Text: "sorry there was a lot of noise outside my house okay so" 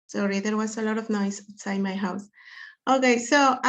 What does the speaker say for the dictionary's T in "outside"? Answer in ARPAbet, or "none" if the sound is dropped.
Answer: S